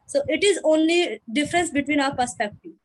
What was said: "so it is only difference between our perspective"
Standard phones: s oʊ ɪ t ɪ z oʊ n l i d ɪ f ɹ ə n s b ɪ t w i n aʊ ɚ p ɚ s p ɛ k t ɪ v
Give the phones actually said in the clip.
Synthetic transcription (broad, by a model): s oʊ ɪ t ɪ z oʊ n l i d ɪ f ɹ ə n s b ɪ t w i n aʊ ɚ p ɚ s p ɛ k t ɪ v